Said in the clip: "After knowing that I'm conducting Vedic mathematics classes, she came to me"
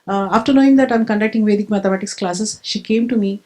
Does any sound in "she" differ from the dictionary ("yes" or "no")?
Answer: no